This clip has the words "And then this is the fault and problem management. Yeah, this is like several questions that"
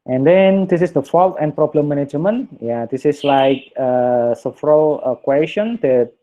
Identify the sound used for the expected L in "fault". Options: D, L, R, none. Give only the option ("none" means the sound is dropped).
L